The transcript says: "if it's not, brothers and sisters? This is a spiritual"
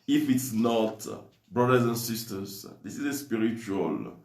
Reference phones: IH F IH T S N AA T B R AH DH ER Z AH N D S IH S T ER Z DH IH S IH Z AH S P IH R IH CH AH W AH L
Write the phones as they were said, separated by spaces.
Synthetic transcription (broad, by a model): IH F IH T S N AA T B R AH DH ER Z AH N S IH S T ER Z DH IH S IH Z AH S P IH R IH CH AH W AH L